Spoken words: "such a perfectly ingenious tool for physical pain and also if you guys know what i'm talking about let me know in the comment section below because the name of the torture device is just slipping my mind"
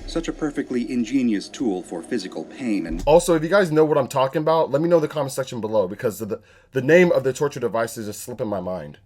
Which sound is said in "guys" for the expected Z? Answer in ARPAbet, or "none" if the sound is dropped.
Z